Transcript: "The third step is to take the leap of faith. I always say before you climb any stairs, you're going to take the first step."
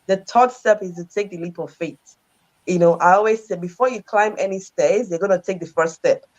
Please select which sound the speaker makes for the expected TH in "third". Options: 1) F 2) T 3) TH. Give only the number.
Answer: 2